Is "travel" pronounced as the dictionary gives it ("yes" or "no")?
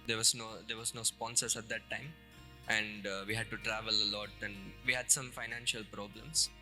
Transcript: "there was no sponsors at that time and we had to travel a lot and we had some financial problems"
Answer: yes